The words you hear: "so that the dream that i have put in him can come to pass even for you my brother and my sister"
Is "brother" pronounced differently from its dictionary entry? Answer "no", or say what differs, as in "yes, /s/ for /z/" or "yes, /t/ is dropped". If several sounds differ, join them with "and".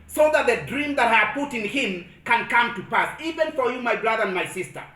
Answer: no